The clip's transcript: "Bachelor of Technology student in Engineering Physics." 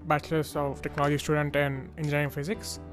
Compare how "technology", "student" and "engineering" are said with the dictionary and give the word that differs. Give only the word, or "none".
engineering